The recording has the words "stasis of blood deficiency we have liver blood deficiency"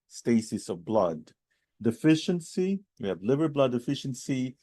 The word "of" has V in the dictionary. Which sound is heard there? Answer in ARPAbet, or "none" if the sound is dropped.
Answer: V